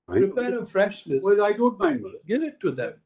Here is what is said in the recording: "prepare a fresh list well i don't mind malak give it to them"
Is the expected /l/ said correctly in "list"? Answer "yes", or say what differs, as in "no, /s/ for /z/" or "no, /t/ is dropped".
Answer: no, /n/ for /l/